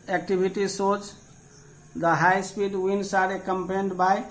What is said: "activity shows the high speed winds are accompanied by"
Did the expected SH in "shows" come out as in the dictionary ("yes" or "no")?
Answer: no